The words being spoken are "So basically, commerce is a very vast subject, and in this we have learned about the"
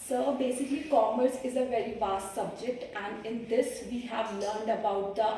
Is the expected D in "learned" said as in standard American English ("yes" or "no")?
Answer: yes